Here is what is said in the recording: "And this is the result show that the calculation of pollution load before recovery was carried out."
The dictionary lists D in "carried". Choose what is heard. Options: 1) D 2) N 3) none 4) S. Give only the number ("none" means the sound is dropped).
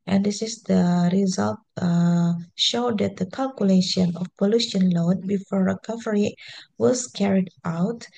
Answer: 1